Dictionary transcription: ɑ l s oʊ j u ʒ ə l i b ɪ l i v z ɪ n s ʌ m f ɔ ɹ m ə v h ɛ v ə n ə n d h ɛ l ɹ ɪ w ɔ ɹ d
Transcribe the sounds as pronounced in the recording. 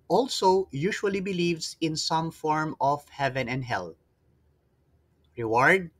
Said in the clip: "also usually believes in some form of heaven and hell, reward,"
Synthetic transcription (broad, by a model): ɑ l s oʊ j u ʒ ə l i b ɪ l i v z ɪ n s ʌ m f ɔ ɹ m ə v h ɛ v ə n ə n d h ɛ l ɹ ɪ w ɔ ɹ d